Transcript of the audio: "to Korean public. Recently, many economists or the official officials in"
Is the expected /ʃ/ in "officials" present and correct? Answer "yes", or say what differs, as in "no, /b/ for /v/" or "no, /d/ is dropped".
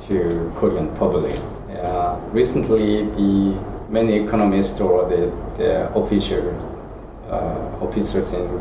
no, /s/ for /ʃ/